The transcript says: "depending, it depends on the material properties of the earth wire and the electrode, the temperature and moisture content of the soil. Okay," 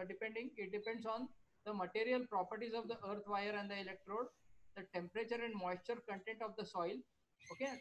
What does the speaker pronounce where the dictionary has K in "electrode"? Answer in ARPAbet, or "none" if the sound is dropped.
K